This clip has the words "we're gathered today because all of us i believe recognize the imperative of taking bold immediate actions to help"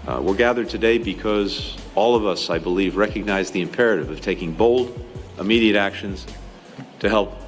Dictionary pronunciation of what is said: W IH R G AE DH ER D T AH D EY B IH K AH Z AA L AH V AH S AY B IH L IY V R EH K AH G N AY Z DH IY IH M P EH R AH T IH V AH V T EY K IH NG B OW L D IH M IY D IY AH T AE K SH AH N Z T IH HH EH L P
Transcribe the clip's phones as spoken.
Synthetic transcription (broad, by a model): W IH R G AE DH ER D T AH D EY B IH K AH Z AA L AH V AH S AY B IH L IY V R EH K AH G N AY Z DH IY IH M P EH R AH T IH V AH V T EY K IH NG B OW L D IH M IY D IY AH T AE K SH AH N Z T IH HH EH L P